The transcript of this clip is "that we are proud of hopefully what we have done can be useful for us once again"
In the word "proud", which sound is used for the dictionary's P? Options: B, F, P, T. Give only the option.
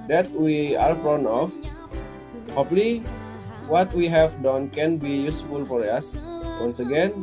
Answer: F